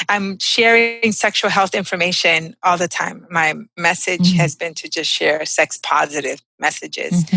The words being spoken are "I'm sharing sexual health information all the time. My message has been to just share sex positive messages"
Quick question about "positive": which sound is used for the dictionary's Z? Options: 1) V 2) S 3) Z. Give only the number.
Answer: 3